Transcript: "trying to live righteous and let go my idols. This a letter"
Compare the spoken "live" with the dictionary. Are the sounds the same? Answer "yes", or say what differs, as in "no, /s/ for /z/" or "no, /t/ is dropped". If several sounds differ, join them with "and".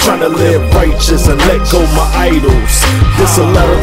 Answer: no, /b/ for /v/